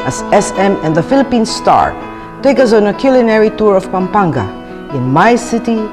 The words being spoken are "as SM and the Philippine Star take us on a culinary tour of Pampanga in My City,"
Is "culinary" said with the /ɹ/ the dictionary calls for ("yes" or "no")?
yes